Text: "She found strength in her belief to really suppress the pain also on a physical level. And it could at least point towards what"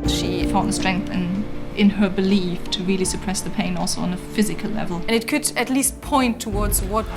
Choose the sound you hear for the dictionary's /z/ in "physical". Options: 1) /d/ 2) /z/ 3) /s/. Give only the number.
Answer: 2